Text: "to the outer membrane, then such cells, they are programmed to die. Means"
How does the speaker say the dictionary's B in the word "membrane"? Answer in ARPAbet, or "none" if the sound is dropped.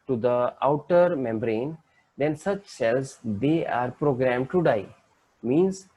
B